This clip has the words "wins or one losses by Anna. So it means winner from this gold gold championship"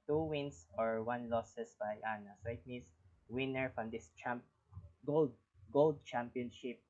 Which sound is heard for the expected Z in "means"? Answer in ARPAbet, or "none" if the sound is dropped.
S